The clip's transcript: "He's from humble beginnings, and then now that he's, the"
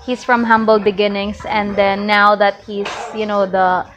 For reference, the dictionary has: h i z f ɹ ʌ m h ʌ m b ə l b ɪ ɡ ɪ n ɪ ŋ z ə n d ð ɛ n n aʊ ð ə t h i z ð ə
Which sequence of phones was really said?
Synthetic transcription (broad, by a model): h i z f ɹ ʌ m h ʌ m b ə l b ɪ ɡ ɪ n ɪ ŋ s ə n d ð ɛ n n aʊ ð ə t h i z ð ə